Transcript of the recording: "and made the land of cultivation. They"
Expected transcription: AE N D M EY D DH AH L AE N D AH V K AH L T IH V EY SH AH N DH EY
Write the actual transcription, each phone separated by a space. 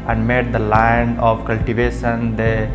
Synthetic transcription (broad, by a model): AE N D M EY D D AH L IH N AH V K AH L T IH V EY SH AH N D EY